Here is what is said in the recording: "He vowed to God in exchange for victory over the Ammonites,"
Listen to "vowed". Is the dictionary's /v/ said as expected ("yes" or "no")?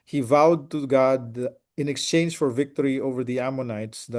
yes